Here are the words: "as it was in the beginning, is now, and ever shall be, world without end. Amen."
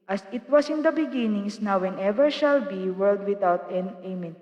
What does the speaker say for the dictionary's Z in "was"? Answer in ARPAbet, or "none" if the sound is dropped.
S